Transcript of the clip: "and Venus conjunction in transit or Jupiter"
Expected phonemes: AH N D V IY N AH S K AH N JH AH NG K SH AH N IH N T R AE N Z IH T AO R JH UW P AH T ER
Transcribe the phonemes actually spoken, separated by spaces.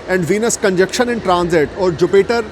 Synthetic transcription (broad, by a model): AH N D V IY N AH S K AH N JH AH K SH AH N IH N T R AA N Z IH T AO R JH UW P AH T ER